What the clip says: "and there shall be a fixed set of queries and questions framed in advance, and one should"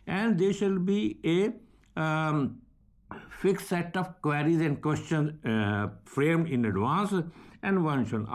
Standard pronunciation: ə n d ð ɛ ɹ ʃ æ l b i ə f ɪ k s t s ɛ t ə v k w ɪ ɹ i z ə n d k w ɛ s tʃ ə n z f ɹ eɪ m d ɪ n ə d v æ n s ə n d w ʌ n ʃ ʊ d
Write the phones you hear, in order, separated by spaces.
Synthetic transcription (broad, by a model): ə n d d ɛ ɹ ʃ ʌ l b i ə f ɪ k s s ɛ t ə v k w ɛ ɹ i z ə n d k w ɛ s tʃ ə n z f ɹ eɪ m ɪ n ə d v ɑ n s ə n d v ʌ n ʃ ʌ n